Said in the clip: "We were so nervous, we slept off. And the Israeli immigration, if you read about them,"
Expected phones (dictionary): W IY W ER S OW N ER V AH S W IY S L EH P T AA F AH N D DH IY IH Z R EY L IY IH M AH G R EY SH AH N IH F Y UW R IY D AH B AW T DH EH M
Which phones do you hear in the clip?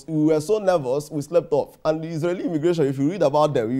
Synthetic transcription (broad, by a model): W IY W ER S OW N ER V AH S W IY S L EH P T AA F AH N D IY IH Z R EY L IY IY M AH G R EY SH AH N IH F Y UW R IY D AH B AW T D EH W